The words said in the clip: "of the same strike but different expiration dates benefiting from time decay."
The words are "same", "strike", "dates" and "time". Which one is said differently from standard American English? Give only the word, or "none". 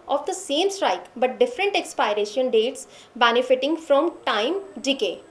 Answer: none